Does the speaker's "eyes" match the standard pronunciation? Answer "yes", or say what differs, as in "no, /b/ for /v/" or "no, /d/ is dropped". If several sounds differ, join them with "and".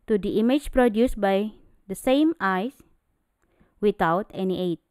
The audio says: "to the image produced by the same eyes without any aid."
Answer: no, /s/ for /z/